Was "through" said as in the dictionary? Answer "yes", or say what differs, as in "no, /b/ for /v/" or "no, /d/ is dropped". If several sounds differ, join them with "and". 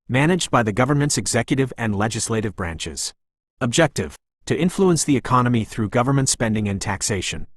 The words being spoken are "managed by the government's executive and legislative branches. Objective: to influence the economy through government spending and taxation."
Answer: yes